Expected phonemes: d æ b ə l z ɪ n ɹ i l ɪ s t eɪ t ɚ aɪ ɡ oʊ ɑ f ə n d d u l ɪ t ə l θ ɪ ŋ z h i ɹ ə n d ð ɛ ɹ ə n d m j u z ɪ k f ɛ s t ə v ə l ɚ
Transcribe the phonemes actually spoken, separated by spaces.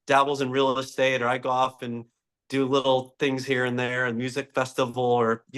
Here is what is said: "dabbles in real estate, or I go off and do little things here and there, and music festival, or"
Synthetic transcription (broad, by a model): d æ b l z ɪ n ɹ i l ɪ s t eɪ t ɚ aɪ ɡ oʊ ɑ f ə n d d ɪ l ɪ t l θ ɪ ŋ z h i ɹ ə n ð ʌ ɹ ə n m j u z ɪ k f ɛ s t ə v l ɚ